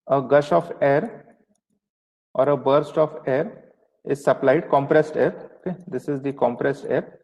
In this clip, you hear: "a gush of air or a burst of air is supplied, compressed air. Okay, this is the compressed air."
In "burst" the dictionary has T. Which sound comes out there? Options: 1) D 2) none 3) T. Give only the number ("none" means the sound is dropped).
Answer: 3